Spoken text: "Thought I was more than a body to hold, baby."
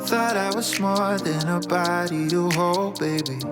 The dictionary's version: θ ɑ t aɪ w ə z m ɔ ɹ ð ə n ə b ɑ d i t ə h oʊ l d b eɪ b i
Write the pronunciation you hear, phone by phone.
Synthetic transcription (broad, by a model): θ ɑ t aɪ w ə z m ɔ l ð ə n ə b ɑ d i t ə h oʊ l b eɪ b i